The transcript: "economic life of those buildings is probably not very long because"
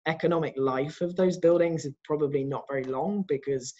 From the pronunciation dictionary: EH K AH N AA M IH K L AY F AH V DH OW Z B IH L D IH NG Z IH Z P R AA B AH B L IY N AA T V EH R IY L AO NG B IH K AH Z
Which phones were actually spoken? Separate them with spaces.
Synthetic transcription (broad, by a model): EH K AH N AA M IH K L AY F AH V DH OW Z B IH L D IH NG Z IH Z P R AA B AH B L IY N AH T V EH R IY L AO NG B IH K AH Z